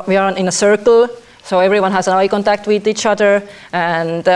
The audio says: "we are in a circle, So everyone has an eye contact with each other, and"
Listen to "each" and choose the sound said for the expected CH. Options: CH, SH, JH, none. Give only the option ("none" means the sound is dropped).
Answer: CH